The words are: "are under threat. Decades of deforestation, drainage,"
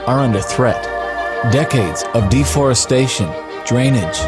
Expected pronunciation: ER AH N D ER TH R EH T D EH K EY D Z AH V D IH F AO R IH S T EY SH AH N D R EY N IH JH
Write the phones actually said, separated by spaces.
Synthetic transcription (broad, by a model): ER AH N D ER TH R EH T D EH K EY D Z AH V D IH F AO R IH S T EY SH AH N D R EY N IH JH